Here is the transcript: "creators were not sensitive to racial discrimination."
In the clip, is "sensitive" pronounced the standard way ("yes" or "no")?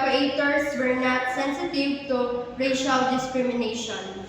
yes